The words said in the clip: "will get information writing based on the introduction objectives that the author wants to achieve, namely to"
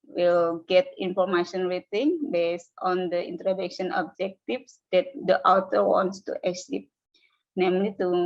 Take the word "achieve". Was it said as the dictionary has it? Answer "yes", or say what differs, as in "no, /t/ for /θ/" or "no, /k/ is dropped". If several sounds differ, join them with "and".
no, /s/ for /tʃ/